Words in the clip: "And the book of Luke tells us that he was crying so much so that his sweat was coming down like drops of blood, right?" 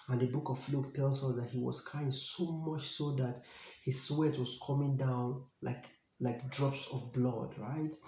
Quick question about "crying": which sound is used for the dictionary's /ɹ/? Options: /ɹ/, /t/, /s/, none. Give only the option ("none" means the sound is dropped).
none